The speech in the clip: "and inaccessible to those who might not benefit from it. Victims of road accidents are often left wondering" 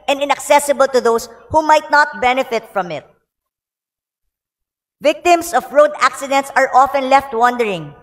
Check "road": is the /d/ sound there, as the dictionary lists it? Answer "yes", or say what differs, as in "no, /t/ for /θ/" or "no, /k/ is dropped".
yes